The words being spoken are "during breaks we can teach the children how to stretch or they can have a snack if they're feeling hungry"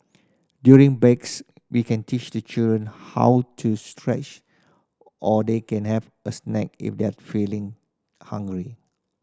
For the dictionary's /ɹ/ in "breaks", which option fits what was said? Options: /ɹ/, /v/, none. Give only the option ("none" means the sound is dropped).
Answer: none